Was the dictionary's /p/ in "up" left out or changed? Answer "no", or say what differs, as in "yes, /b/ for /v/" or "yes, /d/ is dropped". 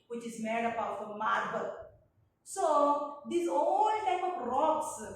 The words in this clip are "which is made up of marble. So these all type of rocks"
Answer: yes, /b/ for /p/